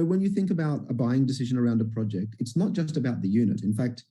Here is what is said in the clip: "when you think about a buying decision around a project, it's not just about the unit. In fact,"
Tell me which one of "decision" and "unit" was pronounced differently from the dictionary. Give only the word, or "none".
none